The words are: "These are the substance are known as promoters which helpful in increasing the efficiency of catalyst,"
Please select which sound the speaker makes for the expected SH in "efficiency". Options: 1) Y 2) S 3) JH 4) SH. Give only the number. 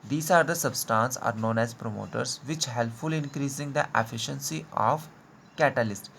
4